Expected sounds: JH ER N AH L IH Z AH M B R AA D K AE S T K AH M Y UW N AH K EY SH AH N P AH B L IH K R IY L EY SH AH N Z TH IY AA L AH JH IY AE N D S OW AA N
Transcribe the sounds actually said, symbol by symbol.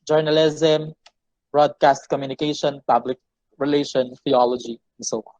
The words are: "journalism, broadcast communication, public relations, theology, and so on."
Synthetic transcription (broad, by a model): JH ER N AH L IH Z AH M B R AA D K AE S T K AH M Y UW N AH K EY SH AH N P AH B L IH K R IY L EY SH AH N TH IY AA L AH JH IY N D S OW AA